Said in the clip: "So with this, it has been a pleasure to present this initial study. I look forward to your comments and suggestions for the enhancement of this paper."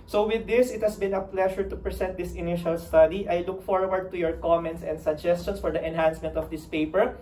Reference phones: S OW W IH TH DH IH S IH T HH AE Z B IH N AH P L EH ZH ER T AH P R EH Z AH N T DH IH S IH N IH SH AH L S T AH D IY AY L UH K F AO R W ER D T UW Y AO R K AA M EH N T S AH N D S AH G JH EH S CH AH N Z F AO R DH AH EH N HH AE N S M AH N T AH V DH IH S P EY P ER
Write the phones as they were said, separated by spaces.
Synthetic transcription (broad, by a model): S OW W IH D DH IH S IH T HH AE S B IH N AH P L EH SH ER T AH P R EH S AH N T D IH S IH N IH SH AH L S T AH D IY AY L UH K F AO R W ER D T UW Y AO R K AA M EH N T S AH N D S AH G JH EH S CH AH N S F AO R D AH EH N HH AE N S M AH N T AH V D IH S P EY P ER